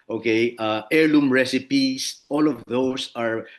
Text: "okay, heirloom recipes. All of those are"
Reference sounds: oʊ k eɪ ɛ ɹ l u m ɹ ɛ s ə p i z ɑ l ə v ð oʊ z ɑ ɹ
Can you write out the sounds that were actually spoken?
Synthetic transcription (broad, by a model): oʊ k eɪ ɛ ɹ l u m ɹ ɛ s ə p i s ɑ l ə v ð oʊ s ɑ ɹ